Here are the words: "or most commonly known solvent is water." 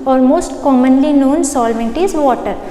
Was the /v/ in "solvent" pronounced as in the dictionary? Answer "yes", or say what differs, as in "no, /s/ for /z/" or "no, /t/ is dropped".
yes